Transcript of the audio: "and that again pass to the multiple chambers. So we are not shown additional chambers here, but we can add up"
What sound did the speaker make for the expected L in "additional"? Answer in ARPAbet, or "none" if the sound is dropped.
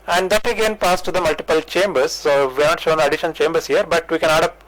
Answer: N